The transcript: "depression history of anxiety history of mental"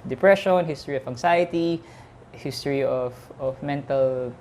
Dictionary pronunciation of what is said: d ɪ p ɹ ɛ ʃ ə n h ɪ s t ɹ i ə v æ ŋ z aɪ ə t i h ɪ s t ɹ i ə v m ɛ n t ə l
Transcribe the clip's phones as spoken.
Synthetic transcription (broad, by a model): d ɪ p ɹ ɛ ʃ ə n h ɪ s t ɹ i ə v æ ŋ s aɪ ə t i h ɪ s t ɹ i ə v m ɛ n t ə l